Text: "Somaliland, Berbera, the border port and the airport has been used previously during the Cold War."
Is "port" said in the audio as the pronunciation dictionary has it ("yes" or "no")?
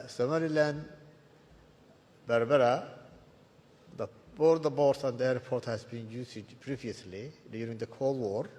no